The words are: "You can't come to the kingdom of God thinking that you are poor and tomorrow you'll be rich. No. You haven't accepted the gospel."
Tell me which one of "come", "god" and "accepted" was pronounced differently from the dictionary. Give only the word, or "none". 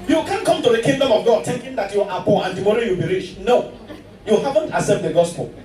accepted